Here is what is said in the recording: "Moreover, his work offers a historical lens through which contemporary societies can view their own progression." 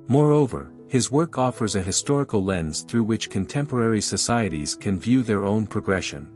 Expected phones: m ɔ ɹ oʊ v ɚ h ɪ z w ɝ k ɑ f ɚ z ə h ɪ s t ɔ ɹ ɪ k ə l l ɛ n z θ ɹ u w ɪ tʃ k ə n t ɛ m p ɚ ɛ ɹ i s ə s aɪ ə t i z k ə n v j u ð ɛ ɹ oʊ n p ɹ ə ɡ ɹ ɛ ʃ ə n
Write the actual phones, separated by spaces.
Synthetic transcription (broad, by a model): m ɔ ɹ oʊ v ɚ h ɪ z w ɝ k ɑ f ɚ z ə h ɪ s t ɔ ɹ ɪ k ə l l ɛ n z θ ɹ u w ɪ tʃ k ə n t ɛ m p ɚ ɛ ɹ i s ə s aɪ ə t i z k ə n v j u ð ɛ ɹ oʊ n p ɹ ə ɡ ɹ ɛ ʃ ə n